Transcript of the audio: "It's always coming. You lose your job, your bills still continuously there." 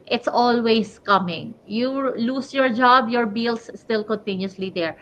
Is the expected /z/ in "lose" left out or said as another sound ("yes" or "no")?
yes